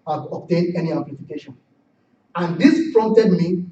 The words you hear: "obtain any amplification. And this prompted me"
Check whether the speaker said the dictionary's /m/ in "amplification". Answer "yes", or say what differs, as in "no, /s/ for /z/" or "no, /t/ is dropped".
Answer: no, /m/ is dropped